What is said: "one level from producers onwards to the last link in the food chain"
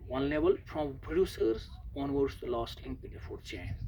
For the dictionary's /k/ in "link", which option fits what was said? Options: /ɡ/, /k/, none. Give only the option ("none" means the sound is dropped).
none